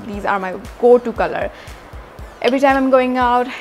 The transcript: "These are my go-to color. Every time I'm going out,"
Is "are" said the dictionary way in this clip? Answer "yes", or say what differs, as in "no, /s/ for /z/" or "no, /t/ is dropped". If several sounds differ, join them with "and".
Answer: yes